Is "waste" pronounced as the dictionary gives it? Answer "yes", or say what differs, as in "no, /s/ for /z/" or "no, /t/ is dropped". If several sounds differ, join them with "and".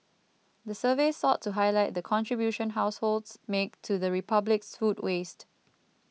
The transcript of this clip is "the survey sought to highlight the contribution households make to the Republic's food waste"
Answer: yes